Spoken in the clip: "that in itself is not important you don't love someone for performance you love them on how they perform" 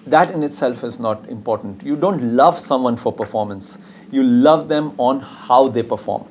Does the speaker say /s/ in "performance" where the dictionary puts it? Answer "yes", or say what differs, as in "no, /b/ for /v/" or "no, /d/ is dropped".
yes